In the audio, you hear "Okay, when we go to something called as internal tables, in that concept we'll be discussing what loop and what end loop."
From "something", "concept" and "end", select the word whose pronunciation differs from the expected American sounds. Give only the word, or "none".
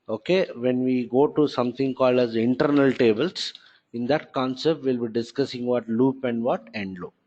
something